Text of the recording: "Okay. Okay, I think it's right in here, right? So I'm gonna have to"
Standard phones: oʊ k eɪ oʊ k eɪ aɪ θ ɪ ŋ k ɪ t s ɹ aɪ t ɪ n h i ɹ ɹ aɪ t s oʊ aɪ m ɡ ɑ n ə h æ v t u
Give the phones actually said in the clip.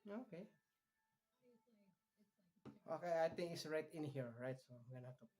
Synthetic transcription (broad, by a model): oʊ k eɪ oʊ k eɪ aɪ t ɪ ŋ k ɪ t s ɹ aɪ t ɪ n h i ɹ ɹ aɪ t s oʊ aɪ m ɡ ɑ n ə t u